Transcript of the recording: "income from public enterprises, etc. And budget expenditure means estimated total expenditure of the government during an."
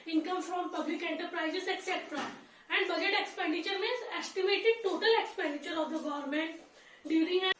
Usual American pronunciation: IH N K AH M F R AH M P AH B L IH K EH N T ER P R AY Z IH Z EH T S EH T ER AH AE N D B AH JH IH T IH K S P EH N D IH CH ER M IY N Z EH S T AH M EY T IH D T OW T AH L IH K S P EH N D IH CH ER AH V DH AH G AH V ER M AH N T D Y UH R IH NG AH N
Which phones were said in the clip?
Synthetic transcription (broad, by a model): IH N K AH M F R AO M P AH B L IH K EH N T ER P R AY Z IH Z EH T S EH T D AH AE N D B AH JH IH T IH K S P EH N D IH CH ER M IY Z EH S T AH M EY T IH D T OW T AH L IH K S P EH N D IH CH ER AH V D AH G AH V ER M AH N T D Y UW R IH NG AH